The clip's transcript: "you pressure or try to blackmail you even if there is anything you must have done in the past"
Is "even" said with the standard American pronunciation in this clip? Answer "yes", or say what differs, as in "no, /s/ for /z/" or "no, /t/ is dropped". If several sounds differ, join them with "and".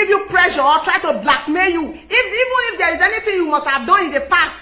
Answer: yes